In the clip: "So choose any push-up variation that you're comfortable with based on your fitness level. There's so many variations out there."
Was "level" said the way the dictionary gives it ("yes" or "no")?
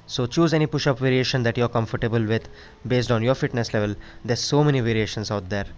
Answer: yes